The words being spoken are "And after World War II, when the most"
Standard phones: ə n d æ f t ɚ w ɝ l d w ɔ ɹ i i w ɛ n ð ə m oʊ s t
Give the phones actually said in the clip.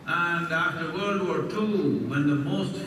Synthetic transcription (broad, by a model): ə n d æ f t ɚ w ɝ d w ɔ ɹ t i w ɛ n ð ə m oʊ s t